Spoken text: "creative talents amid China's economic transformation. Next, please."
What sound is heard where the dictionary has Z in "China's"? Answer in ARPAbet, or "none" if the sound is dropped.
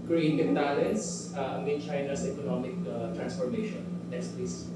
S